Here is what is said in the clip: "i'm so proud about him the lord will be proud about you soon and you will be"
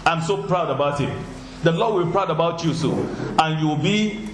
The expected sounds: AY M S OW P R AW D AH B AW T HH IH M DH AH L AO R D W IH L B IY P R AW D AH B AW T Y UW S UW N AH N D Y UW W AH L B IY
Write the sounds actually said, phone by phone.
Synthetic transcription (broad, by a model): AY M S OW P R AW D AH B AW T HH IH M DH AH L AO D W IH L B IY P R AW D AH B AW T Y UW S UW AH N Y UW W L B IY